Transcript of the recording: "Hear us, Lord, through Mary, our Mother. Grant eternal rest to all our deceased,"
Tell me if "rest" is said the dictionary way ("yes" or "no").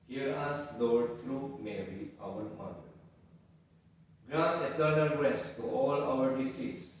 no